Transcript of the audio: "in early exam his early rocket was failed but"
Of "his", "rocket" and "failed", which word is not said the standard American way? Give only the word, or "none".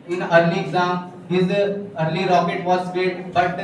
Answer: failed